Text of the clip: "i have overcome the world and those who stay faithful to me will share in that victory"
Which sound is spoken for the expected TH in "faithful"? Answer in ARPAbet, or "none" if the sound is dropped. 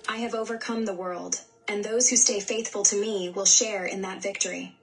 TH